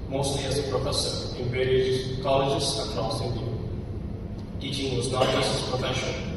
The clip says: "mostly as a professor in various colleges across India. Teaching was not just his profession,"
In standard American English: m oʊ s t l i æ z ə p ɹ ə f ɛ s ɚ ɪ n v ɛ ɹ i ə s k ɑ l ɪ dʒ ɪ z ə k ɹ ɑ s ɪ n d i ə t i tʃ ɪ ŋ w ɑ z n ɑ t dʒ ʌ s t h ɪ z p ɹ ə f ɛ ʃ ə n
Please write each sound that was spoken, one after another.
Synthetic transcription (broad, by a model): m oʊ s t l i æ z ə p ɹ ə f ɛ s ɚ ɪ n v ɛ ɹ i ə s k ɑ l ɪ dʒ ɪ s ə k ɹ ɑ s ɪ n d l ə t i tʃ ɪ ŋ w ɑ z n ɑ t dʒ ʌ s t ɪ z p ɹ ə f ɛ ʃ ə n